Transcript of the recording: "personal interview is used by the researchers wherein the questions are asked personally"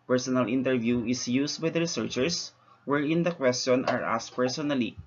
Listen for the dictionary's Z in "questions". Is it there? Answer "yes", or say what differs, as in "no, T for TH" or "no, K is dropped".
no, Z is dropped